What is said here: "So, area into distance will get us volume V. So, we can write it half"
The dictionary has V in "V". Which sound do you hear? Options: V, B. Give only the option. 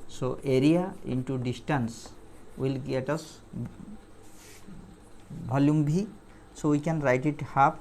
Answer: B